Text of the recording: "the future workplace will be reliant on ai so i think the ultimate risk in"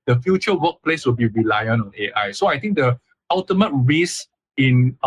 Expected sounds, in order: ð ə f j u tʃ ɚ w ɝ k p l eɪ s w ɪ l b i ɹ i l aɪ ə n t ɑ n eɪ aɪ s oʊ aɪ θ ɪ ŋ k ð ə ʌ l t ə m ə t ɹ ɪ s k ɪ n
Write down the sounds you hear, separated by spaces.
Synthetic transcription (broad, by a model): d ə f j u tʃ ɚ w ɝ k p l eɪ s w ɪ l b i ɹ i l aɪ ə n ɑ n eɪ aɪ s oʊ aɪ t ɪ ŋ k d ə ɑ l t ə m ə t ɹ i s ɪ n